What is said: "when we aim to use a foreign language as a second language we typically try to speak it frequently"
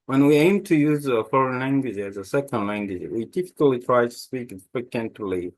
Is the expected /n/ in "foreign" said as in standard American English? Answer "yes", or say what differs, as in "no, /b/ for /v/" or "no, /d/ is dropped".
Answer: yes